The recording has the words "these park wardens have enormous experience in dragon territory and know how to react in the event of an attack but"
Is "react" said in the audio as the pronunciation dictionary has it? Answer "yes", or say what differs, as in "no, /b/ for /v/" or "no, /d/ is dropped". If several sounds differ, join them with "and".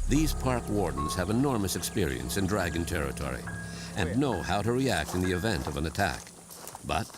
yes